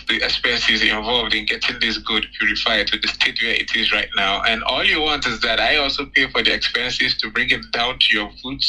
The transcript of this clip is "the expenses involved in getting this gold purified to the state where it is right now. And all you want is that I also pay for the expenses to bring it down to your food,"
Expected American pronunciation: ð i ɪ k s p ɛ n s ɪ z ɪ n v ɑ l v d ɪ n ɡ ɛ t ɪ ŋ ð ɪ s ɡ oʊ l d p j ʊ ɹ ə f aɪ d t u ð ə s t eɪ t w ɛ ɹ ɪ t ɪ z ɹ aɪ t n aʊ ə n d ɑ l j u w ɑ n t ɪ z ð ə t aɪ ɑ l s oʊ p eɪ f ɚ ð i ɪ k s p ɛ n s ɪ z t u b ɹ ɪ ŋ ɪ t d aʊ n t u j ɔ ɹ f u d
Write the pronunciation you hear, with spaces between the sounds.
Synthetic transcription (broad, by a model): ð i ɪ k s p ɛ n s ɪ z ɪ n v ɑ l v d ɪ n ɡ ɛ t ɪ ŋ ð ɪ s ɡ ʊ d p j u ɹ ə f aɪ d t u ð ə s t eɪ t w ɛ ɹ ɪ t ɪ z ɹ aɪ t n aʊ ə n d ɑ l j u w ɑ n t ɪ z ð ə t aɪ ɑ l s oʊ p eɪ f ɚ ð i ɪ k s p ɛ n s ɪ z t u b ɹ ɪ ŋ ɪ t d aʊ n t u j ɔ ɹ f u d